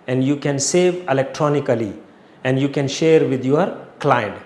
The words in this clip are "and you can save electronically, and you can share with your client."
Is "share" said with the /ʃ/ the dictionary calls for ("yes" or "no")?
yes